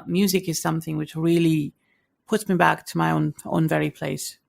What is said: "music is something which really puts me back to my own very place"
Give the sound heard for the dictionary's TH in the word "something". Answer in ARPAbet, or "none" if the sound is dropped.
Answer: TH